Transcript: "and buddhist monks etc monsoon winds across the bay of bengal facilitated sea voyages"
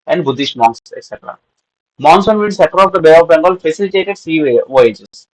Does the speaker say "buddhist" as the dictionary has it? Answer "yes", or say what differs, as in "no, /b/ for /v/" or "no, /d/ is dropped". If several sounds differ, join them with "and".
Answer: no, /ʃ/ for /s/